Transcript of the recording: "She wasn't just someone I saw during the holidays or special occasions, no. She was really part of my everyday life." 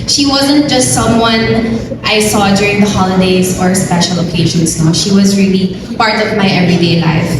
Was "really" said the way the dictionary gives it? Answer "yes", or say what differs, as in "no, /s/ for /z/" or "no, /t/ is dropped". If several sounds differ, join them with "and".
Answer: yes